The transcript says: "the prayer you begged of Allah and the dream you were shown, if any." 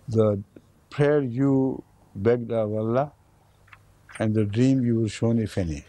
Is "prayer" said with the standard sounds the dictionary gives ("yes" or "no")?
yes